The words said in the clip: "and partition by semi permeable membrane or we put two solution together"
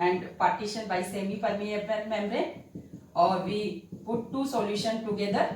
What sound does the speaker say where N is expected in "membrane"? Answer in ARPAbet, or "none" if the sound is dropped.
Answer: none